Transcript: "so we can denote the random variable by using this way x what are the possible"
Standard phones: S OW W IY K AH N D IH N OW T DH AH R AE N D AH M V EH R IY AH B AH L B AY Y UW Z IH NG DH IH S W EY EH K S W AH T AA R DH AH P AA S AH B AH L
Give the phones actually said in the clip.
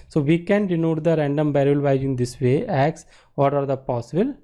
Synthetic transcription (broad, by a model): S OW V IY K AH N D IH N OW T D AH R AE N D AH M B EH R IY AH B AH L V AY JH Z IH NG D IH S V EY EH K S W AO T AA R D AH P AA S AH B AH L